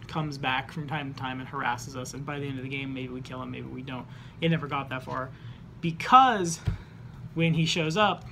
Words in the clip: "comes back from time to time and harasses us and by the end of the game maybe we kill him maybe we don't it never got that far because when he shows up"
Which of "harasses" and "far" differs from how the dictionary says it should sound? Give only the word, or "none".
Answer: none